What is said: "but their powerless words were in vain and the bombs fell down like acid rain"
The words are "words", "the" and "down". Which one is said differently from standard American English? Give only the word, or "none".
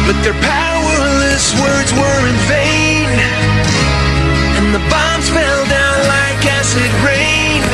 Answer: none